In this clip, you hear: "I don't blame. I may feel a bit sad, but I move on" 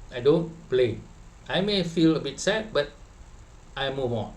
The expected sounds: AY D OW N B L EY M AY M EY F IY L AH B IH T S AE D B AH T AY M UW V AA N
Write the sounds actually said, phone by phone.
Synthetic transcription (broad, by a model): AY D OW N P L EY AY M EY F IY L AH B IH T S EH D B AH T AY M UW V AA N